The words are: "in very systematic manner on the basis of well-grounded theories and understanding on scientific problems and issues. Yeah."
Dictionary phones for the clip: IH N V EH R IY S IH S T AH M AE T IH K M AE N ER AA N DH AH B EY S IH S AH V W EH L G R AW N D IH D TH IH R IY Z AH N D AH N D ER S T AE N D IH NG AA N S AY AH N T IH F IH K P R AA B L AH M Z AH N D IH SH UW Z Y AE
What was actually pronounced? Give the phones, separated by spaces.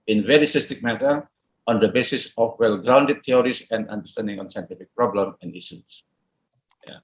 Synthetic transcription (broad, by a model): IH N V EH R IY S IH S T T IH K M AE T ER AA N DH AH B EY S IH S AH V W EH L G R AW N D IH D T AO R IY S AH N D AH N D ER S T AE N D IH NG AA N S AY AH N T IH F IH K P R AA B L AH M AH N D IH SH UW S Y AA